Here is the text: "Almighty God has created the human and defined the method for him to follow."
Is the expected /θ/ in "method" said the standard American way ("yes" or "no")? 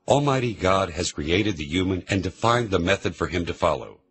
yes